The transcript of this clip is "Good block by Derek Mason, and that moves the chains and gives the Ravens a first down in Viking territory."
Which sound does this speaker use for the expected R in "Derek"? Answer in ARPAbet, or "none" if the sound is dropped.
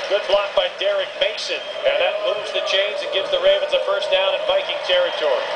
R